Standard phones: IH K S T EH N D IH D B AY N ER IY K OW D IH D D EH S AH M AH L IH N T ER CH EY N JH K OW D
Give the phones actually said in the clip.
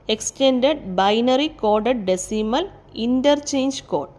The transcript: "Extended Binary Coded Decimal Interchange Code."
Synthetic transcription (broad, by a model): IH K S T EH N D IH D B AY N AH IY K OW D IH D D EH S AH M AH L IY N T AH CH EY N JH K OW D